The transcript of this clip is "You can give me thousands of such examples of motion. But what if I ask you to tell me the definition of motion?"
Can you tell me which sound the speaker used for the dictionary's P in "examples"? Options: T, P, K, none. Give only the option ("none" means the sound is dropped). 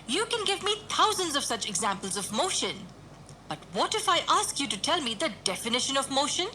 P